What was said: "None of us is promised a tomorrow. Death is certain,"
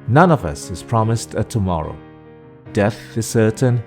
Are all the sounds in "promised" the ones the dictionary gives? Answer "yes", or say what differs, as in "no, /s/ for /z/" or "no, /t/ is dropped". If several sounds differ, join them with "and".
yes